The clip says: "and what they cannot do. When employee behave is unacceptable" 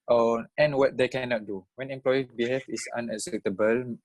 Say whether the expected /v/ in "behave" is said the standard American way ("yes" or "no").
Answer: no